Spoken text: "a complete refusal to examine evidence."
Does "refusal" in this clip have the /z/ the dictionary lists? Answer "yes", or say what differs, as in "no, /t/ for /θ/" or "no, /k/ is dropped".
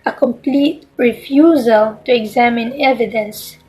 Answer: yes